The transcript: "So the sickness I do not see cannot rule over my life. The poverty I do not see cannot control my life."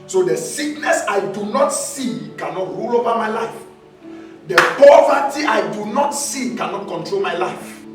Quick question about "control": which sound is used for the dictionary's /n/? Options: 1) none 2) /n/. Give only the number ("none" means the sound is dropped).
2